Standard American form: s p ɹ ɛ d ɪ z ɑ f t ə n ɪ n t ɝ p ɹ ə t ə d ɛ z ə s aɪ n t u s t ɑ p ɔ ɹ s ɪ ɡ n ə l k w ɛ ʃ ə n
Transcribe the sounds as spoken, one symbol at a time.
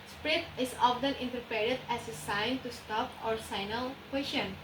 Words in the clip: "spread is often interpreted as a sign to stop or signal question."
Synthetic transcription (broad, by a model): s p ɹ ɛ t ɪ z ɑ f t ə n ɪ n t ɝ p ə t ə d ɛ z ə s aɪ n t u s t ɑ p ɔ ɹ s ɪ n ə l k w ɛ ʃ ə n